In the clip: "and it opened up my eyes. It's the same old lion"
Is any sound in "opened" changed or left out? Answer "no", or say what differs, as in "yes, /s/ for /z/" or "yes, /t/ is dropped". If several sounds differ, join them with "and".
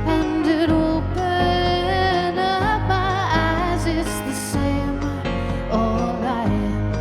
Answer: yes, /d/ is dropped